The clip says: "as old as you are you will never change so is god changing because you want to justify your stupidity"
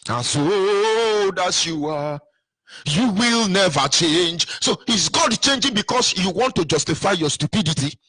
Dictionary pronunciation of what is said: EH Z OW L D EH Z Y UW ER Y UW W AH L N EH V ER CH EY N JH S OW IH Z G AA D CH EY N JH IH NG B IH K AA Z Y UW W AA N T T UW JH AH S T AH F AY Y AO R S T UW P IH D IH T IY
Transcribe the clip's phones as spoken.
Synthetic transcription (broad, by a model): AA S OW D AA S Y UW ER Y UW W AH L N EH V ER CH EY N JH S OW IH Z G AA D CH EY N JH IH NG B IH K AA S Y UW W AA N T T UW JH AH S T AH F AY Y AO S T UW P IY D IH T IY